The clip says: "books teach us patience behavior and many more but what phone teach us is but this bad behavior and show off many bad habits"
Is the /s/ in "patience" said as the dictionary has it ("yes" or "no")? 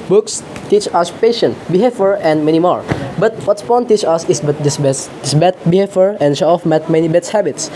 no